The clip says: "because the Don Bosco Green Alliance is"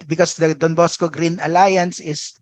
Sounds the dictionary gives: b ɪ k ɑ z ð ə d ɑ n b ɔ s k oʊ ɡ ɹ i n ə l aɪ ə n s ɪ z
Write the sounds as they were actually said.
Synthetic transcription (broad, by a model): b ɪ k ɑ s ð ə d ɑ n b ɔ s k oʊ ɡ ɹ i n ə l aɪ ə n s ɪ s